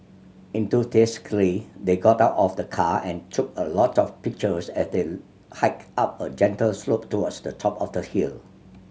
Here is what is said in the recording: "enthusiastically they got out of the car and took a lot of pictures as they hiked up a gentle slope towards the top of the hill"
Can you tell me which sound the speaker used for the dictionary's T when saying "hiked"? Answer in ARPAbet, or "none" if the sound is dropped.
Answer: none